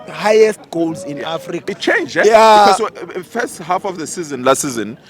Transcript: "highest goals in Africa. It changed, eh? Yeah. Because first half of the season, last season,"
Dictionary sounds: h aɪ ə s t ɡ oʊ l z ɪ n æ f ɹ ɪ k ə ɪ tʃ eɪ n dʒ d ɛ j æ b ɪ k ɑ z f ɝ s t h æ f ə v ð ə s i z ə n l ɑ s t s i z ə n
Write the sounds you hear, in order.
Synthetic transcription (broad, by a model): h aɪ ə s t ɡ oʊ l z ɪ n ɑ f ɹ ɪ k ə ɪ tʃ eɪ n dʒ ɛ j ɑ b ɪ ɑ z f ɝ s t h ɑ f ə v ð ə s i z ə n l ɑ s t s i z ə n